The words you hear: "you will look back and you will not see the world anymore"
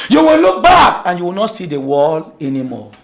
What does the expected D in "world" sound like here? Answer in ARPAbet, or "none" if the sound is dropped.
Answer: none